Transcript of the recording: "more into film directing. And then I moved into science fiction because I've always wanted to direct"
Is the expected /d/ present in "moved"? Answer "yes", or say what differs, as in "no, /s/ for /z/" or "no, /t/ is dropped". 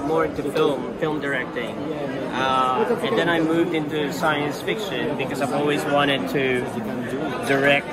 yes